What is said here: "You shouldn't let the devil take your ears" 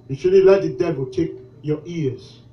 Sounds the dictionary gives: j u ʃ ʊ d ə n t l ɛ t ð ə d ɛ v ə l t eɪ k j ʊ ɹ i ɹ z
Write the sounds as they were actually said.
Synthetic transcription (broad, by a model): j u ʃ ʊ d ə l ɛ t ð ə d ɛ v ə l t eɪ k j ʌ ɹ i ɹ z